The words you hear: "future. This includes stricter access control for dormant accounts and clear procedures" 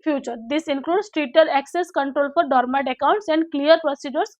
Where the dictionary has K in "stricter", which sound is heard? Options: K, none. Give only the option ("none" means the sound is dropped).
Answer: none